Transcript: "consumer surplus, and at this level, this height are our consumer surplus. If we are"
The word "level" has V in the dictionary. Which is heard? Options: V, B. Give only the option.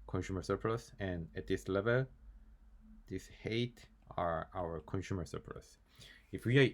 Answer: V